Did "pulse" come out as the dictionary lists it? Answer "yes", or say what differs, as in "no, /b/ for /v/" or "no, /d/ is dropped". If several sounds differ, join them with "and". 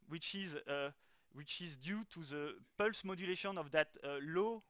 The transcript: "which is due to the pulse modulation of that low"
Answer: yes